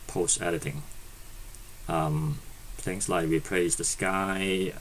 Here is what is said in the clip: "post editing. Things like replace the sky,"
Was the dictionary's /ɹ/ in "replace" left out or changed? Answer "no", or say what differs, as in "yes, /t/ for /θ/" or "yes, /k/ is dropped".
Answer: yes, /w/ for /ɹ/